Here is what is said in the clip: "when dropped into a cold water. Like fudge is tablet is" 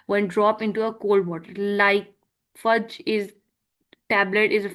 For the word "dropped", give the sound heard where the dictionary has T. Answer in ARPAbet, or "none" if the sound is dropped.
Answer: none